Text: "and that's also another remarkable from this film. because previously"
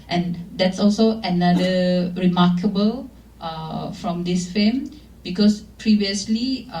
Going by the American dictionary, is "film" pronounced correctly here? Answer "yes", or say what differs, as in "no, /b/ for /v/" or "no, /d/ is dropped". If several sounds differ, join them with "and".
no, /l/ is dropped